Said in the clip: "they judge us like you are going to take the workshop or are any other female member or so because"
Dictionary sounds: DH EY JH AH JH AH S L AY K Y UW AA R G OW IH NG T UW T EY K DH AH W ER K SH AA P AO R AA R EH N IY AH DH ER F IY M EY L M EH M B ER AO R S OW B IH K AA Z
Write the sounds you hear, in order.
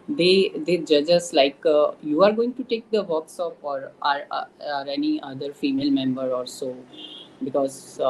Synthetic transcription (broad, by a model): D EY JH AH JH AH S L AY K Y UW AA R G OW IH NG T UW T EY K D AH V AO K S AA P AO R AA R EH N IY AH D ER F IY M EY L M EH M B ER AO R S OW B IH K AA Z